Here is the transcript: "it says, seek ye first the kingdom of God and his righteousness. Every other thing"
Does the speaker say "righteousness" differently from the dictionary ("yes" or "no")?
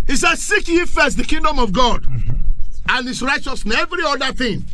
yes